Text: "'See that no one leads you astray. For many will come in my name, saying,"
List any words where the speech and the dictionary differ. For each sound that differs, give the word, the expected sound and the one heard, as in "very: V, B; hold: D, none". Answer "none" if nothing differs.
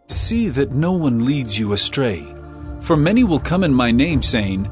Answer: none